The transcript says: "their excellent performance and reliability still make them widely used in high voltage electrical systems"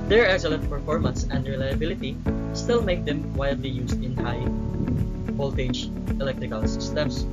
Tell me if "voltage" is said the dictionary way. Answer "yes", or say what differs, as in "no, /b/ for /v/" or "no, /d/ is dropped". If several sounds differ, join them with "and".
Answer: no, /p/ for /v/